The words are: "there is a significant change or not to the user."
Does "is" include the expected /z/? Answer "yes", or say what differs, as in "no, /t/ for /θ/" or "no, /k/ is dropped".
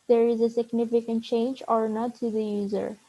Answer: yes